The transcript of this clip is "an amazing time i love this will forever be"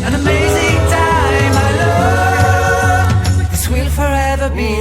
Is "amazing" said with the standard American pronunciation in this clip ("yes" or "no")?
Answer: yes